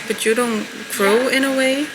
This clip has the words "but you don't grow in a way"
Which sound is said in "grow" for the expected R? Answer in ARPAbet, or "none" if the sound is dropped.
R